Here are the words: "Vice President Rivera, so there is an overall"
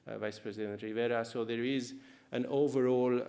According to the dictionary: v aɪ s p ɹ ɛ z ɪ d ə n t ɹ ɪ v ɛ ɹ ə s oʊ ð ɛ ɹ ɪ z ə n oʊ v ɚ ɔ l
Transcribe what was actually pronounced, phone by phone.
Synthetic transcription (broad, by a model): v aɪ s p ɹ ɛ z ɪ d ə n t ɹ ɪ v ɛ ɹ ə s oʊ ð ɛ ɹ ɪ z ə n oʊ v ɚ ɔ l